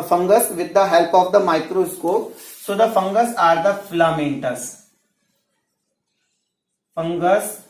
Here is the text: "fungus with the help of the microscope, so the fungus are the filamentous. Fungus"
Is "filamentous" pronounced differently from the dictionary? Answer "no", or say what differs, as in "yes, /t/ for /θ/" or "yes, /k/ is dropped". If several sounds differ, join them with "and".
no